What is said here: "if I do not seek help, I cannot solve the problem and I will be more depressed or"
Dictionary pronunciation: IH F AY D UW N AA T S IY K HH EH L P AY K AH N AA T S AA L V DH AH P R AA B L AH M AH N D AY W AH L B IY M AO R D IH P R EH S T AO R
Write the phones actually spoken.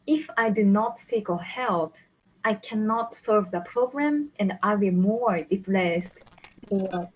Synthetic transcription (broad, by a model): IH F AY D UW N AA T S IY K HH EH L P AY K AH N AA T S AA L V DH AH P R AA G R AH M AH N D AY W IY M AO R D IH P L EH S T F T